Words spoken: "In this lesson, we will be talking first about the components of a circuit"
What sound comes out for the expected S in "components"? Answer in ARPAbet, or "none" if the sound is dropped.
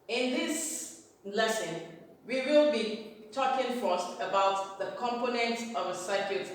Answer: none